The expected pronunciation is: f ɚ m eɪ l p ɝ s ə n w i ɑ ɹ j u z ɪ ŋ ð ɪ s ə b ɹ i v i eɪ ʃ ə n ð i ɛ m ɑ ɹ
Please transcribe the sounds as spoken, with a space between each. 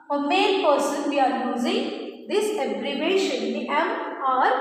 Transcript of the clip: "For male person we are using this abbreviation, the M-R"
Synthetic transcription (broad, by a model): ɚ m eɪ n p ɝ s ə n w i ɑ ɹ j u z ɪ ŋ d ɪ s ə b ɹ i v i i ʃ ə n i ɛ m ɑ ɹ